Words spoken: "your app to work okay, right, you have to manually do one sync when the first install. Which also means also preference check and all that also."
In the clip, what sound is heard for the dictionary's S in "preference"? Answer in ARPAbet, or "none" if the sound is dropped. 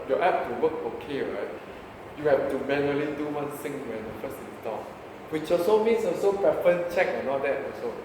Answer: none